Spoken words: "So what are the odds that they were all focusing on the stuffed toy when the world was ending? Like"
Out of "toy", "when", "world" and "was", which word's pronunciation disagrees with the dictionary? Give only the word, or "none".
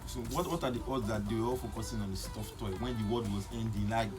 world